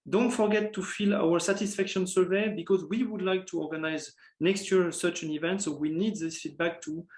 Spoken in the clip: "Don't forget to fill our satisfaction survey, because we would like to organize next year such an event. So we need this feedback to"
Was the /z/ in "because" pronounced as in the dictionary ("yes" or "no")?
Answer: yes